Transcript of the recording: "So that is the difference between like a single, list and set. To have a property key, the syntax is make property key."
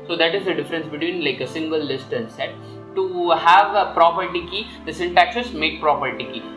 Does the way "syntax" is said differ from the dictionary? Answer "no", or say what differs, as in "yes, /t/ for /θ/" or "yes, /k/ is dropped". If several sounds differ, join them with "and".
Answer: no